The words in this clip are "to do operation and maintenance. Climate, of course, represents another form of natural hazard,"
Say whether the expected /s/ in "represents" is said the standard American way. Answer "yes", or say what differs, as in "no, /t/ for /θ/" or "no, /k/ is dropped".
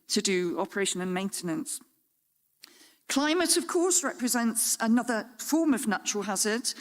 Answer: yes